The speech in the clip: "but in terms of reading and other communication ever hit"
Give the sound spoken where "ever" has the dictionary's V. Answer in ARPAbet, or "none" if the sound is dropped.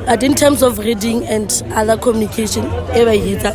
B